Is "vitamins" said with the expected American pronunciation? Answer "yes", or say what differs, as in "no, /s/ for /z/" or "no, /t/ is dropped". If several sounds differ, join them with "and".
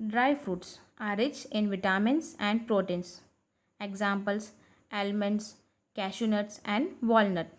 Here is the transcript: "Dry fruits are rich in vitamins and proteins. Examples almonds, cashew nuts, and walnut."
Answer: no, /s/ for /z/